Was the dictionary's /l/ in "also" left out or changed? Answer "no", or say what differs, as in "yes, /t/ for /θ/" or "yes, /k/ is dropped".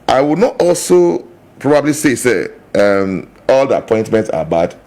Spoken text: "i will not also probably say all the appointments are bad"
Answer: no